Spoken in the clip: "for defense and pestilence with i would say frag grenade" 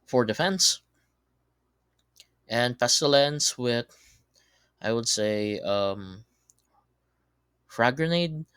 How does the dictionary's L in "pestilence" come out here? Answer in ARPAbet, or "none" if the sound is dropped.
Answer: L